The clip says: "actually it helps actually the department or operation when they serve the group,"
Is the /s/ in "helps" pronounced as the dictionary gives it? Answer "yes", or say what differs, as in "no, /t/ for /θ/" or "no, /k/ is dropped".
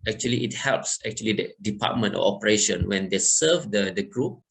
yes